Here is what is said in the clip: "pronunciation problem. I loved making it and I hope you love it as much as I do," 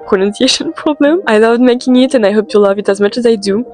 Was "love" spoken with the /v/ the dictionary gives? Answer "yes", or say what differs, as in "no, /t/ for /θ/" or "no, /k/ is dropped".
yes